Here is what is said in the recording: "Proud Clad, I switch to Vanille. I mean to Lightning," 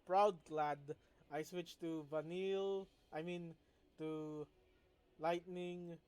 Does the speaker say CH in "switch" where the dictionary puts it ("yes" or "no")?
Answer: yes